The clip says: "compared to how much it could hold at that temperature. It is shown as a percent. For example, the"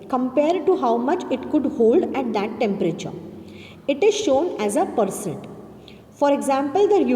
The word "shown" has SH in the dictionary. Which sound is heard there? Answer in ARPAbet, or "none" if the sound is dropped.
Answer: SH